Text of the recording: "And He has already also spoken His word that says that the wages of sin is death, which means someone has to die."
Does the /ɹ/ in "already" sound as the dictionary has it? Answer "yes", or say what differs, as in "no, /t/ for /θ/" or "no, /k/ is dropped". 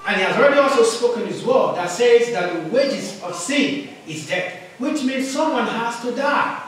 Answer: yes